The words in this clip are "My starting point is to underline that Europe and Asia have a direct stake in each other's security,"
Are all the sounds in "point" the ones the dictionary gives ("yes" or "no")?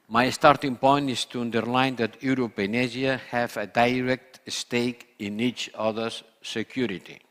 yes